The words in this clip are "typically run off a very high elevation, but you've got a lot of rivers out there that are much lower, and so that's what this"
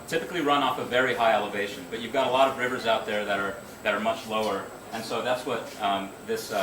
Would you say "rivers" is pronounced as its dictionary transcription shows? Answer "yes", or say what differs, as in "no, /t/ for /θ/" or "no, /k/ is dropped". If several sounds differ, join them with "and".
yes